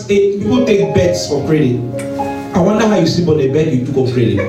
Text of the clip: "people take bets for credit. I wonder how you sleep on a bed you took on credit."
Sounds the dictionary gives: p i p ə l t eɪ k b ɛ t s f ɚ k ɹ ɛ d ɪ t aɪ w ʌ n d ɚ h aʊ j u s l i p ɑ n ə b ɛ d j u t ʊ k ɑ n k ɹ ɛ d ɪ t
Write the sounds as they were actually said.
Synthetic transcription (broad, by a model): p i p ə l t eɪ k b ɛ t s f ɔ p ɹ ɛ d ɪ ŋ aɪ w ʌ n d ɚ h aʊ j u s i b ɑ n ə b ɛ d j u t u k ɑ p ɹ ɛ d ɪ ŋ